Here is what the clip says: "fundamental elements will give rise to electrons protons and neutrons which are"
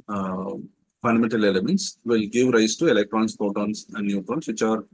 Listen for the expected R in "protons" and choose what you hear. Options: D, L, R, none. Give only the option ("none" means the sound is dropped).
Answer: none